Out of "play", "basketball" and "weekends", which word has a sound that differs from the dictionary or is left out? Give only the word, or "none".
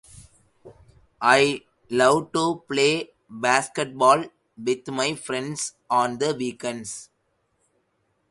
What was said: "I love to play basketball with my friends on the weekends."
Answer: weekends